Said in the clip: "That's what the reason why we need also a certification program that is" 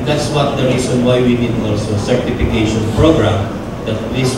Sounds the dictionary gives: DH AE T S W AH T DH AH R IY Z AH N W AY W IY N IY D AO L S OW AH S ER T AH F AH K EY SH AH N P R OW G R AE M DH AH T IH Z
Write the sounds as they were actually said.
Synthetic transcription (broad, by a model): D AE T S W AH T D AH R IY S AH N W AY W IY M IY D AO S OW AH S ER T AH F AH K EY SH AH N P R OW G R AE M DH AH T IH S